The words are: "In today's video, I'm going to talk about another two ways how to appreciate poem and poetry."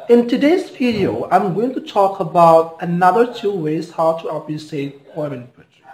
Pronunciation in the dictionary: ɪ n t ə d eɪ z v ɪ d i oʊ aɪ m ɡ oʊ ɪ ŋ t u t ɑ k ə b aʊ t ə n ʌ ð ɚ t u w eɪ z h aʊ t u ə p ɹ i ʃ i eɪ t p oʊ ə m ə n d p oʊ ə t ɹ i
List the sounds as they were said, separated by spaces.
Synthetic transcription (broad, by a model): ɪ n t ə d eɪ z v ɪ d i oʊ aɪ m ɡ oʊ ɪ ŋ t u t ɑ k ə b aʊ t ə n ʌ ð ɚ t u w eɪ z h aʊ t u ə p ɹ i s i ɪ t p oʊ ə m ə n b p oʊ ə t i